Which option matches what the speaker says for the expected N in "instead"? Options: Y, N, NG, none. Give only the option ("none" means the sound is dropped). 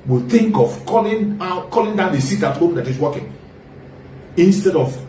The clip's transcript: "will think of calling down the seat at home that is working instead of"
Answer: N